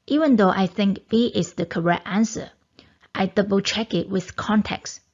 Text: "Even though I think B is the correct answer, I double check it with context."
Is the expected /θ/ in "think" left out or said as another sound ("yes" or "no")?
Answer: no